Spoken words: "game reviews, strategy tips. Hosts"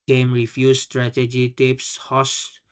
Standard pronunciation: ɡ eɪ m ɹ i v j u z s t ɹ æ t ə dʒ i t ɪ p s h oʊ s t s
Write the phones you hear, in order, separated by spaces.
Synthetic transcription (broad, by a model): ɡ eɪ m ɹ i f j u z s t ɹ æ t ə dʒ i t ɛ p s h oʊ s s